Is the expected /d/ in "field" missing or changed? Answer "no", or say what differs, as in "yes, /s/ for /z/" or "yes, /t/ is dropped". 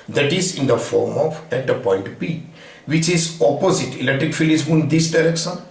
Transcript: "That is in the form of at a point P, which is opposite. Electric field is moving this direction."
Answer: yes, /d/ is dropped